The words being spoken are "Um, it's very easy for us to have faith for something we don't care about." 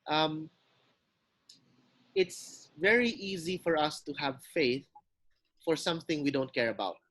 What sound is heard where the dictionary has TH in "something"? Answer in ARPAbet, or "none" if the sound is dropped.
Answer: TH